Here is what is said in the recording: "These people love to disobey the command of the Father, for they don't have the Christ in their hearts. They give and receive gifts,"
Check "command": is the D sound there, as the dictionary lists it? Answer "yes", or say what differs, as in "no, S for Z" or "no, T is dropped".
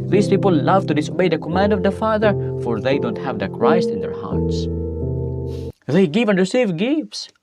yes